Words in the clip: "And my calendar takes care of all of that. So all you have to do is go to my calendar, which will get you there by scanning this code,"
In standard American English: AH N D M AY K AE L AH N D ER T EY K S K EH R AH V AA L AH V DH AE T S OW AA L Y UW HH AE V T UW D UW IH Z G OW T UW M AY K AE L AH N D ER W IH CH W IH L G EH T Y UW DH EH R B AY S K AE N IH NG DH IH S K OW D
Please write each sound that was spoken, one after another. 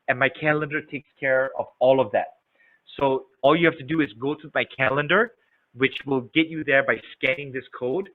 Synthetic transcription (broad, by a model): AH N M AY K AE L AH N D ER T EY K S K EH R AH V AA L AH V DH AE T S OW AA L Y UW HH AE F T UW D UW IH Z G OW T UW M AY K AE L AH N D ER W IH CH W IH L G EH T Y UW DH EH R B AY S K AE N IH NG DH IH S K OW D